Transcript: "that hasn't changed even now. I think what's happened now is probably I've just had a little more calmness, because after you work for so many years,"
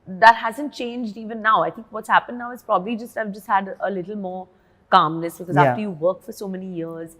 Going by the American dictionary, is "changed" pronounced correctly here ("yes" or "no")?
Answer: yes